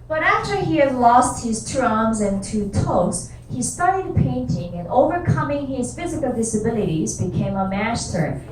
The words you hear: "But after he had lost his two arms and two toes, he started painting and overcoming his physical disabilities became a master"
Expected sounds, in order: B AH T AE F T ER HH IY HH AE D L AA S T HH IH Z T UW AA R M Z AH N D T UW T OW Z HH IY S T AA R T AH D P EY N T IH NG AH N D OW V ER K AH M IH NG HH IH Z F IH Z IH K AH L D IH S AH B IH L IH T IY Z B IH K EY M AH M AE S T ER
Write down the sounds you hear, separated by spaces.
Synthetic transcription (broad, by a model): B AH T AE F T ER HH IY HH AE D L AA S T HH IH Z T UW AA R M Z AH N T UW T OW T HH IY S T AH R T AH D P EY N T IH NG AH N OW V ER K AH M IH NG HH IH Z F IH Z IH K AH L D IH S AH B IH L IH T IY Z B IH K EY M AH M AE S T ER